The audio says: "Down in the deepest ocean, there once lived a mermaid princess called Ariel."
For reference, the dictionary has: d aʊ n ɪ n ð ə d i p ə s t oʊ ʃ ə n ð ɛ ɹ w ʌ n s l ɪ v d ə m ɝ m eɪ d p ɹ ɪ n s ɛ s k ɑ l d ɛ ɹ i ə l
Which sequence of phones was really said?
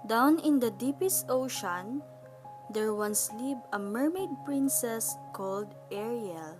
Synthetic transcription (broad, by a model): d aʊ n ɪ n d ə d i p ə s t oʊ ʃ ə n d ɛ ɹ w ʌ n s l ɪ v ə m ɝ m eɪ d p ɹ ɪ n s ɛ s k ɑ l d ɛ ɹ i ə l